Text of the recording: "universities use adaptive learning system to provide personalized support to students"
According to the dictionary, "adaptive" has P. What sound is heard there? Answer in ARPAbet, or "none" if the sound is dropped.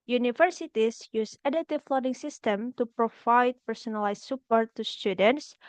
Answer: none